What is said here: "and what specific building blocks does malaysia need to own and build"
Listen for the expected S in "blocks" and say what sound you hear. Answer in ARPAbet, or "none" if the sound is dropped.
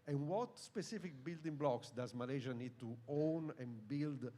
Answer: S